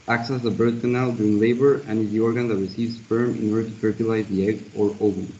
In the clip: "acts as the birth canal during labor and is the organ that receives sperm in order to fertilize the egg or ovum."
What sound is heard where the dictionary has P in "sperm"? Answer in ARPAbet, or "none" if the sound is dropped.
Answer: F